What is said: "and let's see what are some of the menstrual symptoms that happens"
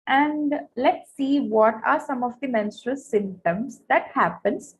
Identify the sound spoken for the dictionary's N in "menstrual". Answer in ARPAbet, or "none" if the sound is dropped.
N